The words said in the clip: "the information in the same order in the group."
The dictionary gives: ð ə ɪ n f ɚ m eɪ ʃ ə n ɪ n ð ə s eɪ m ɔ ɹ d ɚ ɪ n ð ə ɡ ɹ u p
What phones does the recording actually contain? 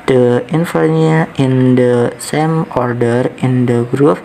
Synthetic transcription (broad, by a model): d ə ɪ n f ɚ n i ə ɪ n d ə s eɪ m ɔ ɹ d ɚ ɪ n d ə ɡ ɹ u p